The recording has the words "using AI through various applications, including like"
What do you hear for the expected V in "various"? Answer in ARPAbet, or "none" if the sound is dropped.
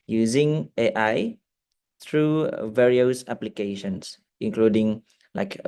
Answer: V